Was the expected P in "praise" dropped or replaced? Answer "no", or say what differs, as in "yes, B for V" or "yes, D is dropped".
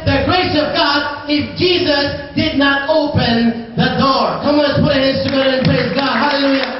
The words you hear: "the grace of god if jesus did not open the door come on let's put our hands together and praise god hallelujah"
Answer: no